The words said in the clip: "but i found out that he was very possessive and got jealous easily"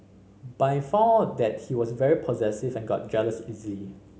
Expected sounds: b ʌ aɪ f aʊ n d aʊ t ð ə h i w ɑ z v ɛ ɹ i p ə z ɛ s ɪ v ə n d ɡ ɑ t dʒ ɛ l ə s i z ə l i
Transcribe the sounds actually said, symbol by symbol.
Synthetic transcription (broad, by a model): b aɪ f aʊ d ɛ t h i w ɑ s v ɛ ɹ i p ə z ɛ s ɪ v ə n ɡ ɑ t dʒ ɛ l ə s i z ə l i